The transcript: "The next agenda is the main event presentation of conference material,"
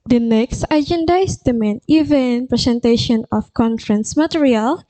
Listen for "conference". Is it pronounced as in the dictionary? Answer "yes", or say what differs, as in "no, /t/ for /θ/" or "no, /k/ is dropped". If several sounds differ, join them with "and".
yes